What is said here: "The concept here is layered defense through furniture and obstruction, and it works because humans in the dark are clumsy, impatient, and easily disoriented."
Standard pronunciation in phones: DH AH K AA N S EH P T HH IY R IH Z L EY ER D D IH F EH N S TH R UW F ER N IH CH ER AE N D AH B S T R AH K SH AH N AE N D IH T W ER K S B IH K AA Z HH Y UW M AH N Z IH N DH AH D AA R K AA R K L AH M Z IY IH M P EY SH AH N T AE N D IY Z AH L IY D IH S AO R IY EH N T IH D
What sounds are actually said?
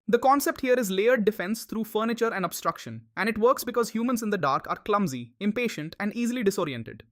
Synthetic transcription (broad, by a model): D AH K AA N S EH P T HH IY R IH Z L EY ER D D IH F EH N S T R UW F ER N IH CH ER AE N D AH B S T R AH K SH AH N AE N D IH T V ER K S B IH K AA Z HH Y UW M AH N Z IH N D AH D AA R K AA R K L AH M Z IY IH M P EY SH AH N T AE N D IY Z AH L IY D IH S AO R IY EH N T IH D